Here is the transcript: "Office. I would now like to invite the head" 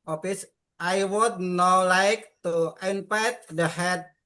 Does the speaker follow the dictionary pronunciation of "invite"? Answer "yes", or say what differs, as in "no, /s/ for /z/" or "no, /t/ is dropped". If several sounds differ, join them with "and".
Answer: no, /p/ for /v/